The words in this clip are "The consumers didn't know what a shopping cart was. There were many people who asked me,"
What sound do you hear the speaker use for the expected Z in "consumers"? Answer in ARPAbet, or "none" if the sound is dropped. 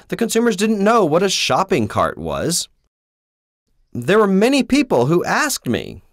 Z